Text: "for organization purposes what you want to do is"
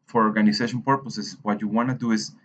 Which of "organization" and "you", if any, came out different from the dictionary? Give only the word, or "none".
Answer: organization